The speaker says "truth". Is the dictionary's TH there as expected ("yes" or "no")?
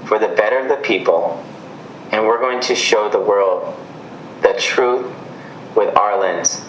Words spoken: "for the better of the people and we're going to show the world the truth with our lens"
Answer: yes